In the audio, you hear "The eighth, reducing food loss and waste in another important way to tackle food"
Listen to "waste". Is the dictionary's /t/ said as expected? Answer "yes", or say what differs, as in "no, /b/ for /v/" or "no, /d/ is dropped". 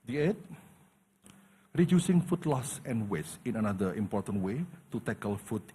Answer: no, /t/ is dropped